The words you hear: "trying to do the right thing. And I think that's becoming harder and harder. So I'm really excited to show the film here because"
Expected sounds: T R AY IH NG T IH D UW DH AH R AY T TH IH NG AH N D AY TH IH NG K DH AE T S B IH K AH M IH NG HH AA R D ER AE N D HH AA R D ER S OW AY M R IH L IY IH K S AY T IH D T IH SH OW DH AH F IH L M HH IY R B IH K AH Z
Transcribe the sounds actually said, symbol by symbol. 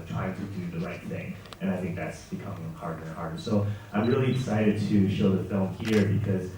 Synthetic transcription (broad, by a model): T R AY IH NG T IH D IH DH AH R AY T TH IH NG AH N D AY TH IH NG K DH AE T S B IH K AH M IH NG HH AA R D ER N HH AA R D ER S OW AY M R IH L IY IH S AY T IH D T IH SH OW DH AH F IH L M HH IY R B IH K AH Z